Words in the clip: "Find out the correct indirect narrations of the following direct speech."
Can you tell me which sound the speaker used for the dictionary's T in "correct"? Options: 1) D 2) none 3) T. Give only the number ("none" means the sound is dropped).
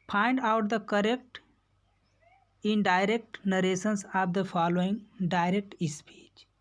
3